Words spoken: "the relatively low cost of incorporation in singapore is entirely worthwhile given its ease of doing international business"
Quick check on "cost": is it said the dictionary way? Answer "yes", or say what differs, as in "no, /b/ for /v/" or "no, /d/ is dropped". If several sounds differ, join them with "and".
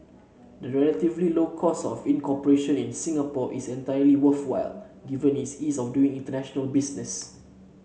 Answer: no, /t/ is dropped